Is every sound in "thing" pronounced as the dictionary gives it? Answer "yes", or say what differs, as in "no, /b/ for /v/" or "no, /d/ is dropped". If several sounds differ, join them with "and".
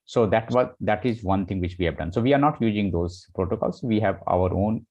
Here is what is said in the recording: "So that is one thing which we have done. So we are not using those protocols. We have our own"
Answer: no, /t/ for /θ/